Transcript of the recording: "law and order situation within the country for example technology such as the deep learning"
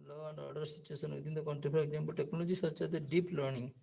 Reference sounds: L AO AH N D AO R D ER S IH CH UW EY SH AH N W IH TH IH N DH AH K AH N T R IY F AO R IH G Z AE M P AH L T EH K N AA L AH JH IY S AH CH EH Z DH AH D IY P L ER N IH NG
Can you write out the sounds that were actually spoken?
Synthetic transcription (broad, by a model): L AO AH N D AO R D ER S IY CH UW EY S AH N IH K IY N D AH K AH N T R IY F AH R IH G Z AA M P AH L T EH K N AA L AH JH IY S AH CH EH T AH D IY P L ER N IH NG